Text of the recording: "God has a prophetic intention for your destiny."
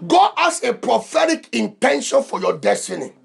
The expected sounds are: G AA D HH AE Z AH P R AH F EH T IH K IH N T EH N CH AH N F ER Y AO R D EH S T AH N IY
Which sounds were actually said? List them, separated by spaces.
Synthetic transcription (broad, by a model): G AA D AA S AH P R AH F EH T IH K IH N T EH N SH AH N F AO Y AO D EH S T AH N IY